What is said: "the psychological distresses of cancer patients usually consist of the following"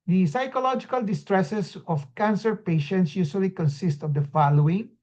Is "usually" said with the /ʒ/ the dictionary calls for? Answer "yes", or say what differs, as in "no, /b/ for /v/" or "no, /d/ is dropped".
no, /s/ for /ʒ/